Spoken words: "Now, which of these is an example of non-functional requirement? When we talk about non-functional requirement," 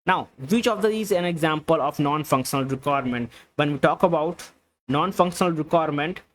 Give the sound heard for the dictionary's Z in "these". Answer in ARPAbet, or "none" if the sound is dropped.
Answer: none